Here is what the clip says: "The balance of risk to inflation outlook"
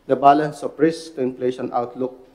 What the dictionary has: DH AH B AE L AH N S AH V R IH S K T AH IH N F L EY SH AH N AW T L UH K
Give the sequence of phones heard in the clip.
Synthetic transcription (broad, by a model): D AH B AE L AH N S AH P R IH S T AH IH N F L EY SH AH N AW T L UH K